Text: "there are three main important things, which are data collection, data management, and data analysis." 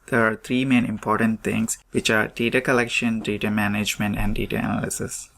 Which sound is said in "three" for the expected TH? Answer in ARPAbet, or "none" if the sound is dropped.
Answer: T